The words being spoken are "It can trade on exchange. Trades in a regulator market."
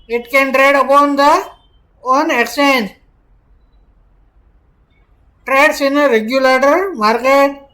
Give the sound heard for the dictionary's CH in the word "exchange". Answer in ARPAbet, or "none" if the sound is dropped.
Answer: none